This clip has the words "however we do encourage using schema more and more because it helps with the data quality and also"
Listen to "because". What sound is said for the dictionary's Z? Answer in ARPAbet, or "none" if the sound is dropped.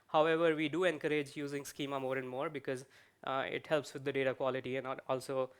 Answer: Z